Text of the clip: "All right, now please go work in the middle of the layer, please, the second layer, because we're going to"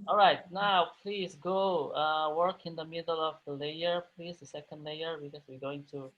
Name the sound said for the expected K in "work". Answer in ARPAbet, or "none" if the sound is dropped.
K